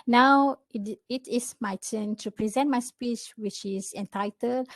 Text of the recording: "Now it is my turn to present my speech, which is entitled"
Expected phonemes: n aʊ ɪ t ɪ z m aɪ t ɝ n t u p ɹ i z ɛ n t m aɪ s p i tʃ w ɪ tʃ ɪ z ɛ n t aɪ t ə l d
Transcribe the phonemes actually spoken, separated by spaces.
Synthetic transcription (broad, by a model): n aʊ ɪ t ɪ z m aɪ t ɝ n t u p ɹ i z ɛ n t m aɪ s p i tʃ w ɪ tʃ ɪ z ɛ n t aɪ t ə l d